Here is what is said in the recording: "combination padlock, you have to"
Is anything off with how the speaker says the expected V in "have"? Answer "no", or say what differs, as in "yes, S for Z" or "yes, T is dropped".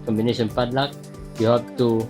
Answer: yes, P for V